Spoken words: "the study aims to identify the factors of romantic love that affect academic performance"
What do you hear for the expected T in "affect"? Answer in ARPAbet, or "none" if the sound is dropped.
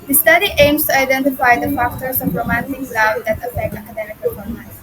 none